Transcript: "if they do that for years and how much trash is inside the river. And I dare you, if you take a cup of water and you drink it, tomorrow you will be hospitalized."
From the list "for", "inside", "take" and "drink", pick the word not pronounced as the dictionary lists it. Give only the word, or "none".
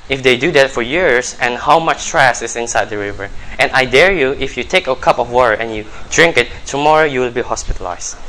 none